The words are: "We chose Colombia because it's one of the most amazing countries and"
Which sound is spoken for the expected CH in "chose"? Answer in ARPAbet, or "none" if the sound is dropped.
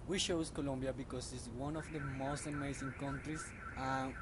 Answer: SH